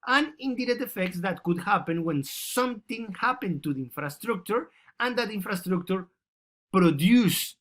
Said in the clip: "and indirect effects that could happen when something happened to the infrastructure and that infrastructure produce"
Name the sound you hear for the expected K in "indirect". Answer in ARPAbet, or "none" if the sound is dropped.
none